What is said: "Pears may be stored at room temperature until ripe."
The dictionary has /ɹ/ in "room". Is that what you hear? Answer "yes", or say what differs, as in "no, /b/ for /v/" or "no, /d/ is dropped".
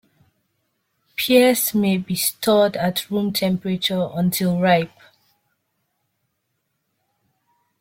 yes